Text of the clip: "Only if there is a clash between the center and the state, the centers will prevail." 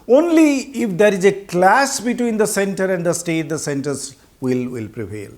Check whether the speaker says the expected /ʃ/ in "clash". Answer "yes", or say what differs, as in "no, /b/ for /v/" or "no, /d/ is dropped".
no, /s/ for /ʃ/